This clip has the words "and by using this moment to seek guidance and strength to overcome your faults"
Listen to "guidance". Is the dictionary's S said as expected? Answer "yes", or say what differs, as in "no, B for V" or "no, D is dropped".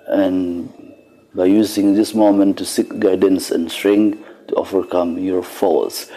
yes